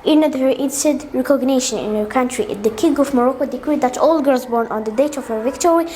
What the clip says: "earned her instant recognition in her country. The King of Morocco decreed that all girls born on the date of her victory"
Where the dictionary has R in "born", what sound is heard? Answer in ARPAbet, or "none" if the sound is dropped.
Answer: R